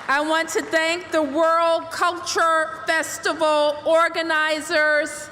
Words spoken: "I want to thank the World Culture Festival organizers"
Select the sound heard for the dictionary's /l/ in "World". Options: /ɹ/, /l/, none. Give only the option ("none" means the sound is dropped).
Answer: /l/